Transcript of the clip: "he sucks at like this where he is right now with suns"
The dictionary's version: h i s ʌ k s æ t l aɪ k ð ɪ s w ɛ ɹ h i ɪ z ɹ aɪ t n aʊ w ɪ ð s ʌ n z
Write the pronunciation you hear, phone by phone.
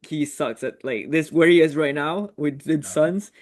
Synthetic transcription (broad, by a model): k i s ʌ k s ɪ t l aɪ k ð ɪ s w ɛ ɹ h i ɪ z ɹ aɪ t n aʊ w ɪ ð s ʌ n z